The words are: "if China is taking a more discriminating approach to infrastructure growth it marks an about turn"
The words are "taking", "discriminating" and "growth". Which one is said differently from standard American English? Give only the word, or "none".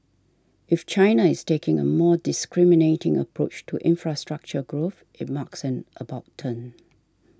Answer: none